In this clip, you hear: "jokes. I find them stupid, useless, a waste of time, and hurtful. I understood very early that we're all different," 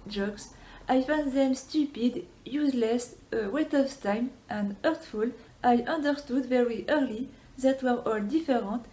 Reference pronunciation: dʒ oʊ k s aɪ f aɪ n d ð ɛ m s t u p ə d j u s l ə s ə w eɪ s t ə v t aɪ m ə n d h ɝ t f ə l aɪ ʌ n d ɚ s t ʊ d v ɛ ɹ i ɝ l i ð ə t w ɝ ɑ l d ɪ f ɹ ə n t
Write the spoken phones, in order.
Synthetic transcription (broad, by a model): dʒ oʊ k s aɪ f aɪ n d ð ɛ m s t u p ə d j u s l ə s ə w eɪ t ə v t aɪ m ə n d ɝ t f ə l aɪ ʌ n d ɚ s t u d v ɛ ɹ i ɝ l i ð ə t w ɝ ɑ l d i f ɹ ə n t